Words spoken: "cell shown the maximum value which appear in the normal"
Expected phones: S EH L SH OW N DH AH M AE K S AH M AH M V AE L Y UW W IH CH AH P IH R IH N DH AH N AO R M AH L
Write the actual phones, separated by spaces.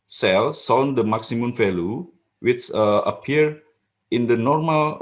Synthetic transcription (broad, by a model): S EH L S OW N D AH M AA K S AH M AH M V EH L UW W IH CH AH P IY R IH N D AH N AO R M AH L